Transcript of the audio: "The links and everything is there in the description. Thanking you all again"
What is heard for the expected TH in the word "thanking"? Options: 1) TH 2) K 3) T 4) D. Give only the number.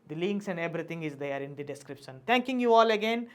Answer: 3